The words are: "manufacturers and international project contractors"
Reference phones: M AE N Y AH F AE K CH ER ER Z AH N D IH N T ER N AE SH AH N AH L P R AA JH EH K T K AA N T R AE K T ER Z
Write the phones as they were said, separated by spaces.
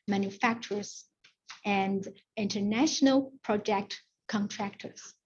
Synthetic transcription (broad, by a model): M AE N Y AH F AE K CH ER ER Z AH N D IH N T ER N AE SH AH N AH L P R AA JH EH K T K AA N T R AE K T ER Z